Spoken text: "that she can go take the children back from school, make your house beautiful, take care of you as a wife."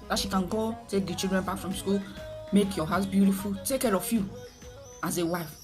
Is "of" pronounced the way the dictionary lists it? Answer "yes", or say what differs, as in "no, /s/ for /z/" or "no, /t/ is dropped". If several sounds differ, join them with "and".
no, /f/ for /v/